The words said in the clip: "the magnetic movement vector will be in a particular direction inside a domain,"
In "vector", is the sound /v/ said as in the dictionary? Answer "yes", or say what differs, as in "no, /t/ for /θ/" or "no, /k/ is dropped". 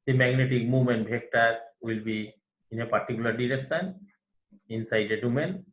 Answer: no, /b/ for /v/